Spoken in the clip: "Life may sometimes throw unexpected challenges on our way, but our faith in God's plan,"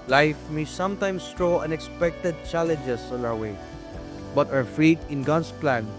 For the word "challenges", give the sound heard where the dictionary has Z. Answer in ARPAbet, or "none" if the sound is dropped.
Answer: S